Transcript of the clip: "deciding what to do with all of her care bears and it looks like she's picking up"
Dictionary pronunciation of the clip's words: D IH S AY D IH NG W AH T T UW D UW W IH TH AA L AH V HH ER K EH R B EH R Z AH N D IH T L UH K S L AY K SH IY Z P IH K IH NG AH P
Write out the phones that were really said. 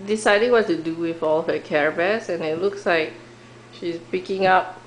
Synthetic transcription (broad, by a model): D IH S AY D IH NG W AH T T UW D UW W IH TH AA L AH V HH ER K EH R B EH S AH N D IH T L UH K S L AY K SH IY S P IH K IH NG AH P